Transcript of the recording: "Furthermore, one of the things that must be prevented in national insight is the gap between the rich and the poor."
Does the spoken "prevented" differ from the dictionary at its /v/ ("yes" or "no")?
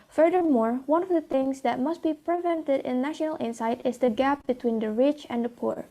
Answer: no